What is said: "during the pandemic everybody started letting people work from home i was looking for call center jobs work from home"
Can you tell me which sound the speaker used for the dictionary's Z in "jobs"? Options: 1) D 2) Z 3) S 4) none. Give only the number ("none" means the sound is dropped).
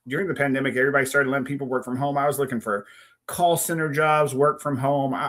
2